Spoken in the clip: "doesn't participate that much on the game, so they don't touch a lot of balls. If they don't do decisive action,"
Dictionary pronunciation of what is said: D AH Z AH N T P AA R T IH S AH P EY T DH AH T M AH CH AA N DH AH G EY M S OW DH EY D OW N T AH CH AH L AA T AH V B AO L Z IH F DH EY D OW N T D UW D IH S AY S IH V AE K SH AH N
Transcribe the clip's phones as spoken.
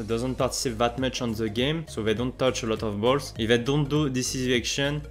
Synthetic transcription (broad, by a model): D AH Z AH N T P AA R T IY S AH P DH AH T M AH CH AA N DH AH G EY M S OW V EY D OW N T AH CH AH L AA T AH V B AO L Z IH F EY D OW N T D UW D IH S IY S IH K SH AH N